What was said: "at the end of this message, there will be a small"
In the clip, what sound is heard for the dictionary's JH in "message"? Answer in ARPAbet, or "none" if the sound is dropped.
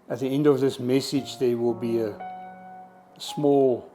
JH